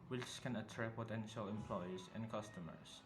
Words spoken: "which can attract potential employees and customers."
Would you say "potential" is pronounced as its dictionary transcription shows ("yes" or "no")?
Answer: yes